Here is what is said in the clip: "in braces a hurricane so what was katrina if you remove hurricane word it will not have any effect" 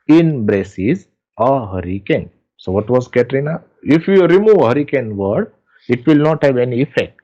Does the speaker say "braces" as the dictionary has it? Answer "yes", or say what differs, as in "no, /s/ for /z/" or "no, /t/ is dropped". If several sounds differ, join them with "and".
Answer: yes